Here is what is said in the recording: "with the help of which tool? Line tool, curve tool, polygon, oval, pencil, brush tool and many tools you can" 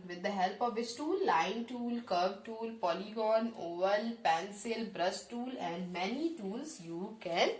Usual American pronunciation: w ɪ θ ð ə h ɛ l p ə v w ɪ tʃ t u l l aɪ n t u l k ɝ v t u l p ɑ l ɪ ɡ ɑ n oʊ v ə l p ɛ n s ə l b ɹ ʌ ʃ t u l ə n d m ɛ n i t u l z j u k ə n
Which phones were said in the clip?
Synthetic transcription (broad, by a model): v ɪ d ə h ɛ l p ə v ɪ s t u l l aɪ n t u l k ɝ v t u l p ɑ l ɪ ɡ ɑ n oʊ v ə l p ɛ n s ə l b ɹ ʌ s t u l ə n d m ɛ n i t u l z j u k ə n